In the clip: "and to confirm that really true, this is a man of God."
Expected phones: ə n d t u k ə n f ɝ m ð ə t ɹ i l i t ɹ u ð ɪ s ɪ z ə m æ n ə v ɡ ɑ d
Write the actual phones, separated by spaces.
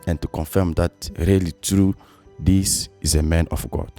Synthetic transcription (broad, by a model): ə n t u k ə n f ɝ m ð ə t ɹ i l i t ɹ u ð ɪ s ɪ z ə m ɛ n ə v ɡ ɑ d